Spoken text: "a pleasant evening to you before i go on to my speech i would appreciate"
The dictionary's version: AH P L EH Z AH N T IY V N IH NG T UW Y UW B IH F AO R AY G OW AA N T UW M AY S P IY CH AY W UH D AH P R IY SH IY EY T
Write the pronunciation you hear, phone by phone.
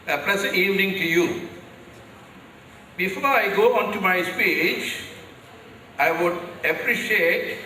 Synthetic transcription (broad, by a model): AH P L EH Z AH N IY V N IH NG T UW Y UW B IH F AO R AY G OW AA N T UW M AY S P IY CH AY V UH D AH P R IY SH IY EY T